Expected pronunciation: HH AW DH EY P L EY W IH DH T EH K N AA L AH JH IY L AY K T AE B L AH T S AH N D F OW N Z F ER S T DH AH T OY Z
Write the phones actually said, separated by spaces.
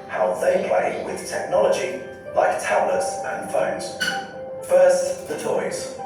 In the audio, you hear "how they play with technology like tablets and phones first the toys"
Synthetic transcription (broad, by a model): HH AW DH EY P L EY W IH DH T EH K N AA L AH JH IY L AY K T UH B L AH T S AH N F OW N Z F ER S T DH AH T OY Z